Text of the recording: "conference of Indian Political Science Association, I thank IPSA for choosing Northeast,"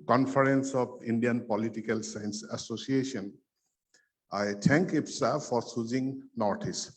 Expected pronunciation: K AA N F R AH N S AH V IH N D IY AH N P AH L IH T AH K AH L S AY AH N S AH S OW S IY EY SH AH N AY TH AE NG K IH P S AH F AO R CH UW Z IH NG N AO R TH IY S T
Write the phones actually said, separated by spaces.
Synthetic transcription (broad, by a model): K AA N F R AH N S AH P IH N D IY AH N P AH L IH T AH K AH L S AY N S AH S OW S IY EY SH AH N AY T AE NG K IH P S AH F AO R S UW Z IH NG N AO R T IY S